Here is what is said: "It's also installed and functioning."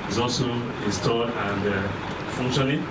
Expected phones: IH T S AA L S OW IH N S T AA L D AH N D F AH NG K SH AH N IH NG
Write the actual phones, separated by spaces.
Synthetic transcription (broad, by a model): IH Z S AA L S OW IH N S T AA D AH N D F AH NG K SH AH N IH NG